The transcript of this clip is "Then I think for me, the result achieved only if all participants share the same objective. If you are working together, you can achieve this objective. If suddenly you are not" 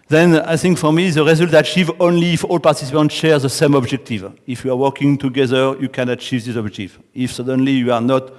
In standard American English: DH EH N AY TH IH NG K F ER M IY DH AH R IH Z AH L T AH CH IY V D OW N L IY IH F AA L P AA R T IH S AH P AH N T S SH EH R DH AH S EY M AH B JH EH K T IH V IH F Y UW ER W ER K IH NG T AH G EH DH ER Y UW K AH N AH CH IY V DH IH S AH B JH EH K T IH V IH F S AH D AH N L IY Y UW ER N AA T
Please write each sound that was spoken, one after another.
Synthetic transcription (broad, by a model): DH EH N AY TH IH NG K F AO M IY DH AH R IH Z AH L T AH CH IY V OW N L IY F AA L P AA R T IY S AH P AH N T SH EH R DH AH S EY M AH B JH EH K T IH V IH F Y UW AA W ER K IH NG T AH G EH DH ER Y UW K AH N AH CH IY V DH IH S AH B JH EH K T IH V IH F S AH D AH N L IY Y UW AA N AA T